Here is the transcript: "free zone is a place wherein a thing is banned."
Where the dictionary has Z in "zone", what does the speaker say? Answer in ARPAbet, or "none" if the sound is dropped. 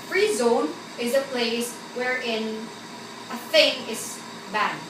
Z